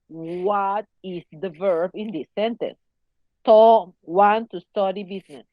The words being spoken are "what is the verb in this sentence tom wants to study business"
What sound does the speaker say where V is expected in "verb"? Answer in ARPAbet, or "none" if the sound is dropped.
V